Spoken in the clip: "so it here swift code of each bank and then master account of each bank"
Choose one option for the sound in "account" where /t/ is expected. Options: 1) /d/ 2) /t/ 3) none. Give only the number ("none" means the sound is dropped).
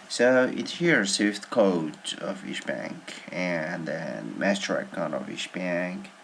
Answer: 3